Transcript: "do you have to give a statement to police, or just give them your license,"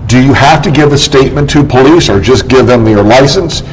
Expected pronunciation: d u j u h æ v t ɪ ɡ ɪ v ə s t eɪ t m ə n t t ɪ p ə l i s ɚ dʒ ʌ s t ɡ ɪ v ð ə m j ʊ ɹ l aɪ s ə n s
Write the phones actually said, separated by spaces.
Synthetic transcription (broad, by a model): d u j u h æ f t ɪ ɡ ɪ v ə s t eɪ t m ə n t t ɪ p ə l i s ɚ dʒ ʌ s ɡ ɪ v ð ə m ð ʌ ɹ l aɪ s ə n s